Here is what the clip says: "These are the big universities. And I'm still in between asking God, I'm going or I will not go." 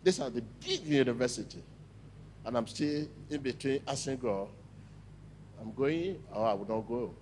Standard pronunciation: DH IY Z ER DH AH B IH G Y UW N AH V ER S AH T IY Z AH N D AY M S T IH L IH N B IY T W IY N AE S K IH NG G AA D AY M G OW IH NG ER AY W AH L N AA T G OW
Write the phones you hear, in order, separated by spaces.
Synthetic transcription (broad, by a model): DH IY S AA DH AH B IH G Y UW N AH V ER S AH T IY AH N AY M S T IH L IH N B IY T W IY N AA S IH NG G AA AY M G OW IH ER AY W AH N AA T G OW